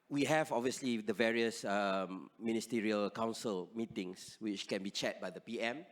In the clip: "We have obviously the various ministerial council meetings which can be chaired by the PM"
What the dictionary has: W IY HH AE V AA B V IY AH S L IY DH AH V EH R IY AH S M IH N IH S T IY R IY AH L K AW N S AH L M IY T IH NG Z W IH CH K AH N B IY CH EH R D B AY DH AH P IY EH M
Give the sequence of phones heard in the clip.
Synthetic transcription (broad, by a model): W IY HH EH V AA B V IY AH S L IY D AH V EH R IY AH S M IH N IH S T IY R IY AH L K AW N S AH L M IY T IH NG S W IH CH K AH N B IY CH EH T B AY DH AH P IY EH M